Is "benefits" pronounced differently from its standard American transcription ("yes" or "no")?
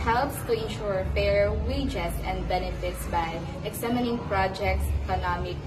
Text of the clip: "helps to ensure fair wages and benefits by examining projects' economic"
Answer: no